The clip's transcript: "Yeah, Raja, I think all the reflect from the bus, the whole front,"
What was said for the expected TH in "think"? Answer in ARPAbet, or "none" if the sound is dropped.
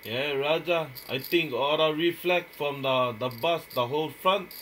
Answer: T